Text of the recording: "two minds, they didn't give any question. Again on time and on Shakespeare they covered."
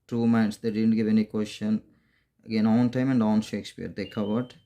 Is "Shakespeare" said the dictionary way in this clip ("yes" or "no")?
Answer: yes